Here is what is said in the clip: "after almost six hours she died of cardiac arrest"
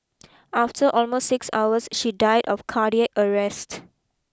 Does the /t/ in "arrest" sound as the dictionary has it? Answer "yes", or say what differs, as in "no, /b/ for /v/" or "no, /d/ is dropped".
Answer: yes